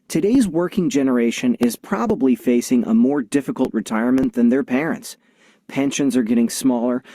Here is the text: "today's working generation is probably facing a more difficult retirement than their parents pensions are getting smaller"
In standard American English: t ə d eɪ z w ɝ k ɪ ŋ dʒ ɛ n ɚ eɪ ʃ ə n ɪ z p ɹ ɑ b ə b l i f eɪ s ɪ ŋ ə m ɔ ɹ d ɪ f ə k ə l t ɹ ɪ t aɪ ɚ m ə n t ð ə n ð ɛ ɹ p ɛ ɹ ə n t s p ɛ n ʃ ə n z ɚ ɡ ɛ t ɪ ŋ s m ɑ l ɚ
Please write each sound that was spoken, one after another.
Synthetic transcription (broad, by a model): t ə d eɪ z w ɝ k ɪ ŋ dʒ ɛ n ɚ eɪ ʃ ə n ɪ z p ɹ ɑ b ə b l i f eɪ s ɪ ŋ ə m ɔ ɹ d ɪ f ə k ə l t ɹ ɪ t aɪ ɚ m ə n ð ə n ð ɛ ɹ p ɛ ɹ ə n t s p ɛ n ʃ ə n z ɚ ɡ ɛ t ɪ ŋ s m ɑ l ɚ